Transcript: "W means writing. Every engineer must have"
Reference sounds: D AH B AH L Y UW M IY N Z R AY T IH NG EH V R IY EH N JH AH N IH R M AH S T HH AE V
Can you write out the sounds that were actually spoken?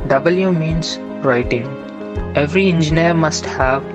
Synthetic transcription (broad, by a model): D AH B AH L Y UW M IY N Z R AY T IH NG EH V R IY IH N JH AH N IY R M AH S T HH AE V